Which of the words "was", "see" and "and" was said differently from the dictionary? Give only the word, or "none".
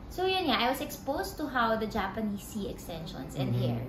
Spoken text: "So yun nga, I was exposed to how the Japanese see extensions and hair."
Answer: was